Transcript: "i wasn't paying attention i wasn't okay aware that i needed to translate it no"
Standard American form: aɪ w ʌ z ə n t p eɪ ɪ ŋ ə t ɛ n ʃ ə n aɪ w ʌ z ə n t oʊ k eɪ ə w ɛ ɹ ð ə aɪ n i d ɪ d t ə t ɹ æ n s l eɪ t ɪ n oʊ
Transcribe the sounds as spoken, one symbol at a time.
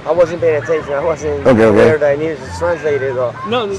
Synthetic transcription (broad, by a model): aɪ w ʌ z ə n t p eɪ ɪ ŋ ə t ɛ n ʃ ə n aɪ w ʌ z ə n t oʊ k eɪ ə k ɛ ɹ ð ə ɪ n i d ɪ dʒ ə t ɹ æ n s l eɪ t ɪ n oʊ